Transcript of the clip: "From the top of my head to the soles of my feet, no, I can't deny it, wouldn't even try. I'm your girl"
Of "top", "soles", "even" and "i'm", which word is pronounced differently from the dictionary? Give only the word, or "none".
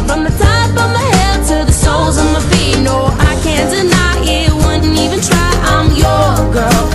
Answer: top